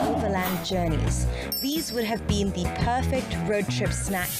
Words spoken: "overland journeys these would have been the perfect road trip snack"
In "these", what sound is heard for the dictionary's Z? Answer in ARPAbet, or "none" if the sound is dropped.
Z